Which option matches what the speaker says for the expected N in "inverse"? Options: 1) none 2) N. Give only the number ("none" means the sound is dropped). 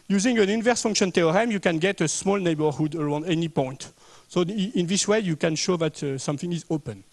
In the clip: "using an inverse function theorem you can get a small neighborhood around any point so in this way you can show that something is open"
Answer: 2